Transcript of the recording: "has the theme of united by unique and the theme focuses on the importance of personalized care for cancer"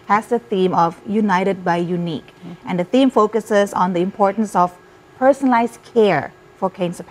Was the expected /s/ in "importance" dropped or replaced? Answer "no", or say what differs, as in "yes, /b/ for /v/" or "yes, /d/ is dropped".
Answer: no